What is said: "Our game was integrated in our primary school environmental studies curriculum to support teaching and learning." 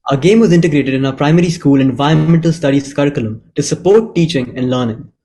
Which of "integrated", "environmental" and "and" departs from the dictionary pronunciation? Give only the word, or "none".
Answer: environmental